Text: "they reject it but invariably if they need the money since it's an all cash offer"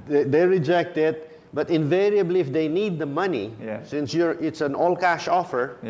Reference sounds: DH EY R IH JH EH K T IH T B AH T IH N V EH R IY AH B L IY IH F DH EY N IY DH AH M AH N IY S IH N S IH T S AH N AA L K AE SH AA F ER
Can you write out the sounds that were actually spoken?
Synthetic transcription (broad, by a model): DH EY R IH JH EH K T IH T B AH T IH N V EH R IY AH B L IY IH F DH EY N IY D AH M AH N IY S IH N S IH T S AH N AA L K AE SH AA F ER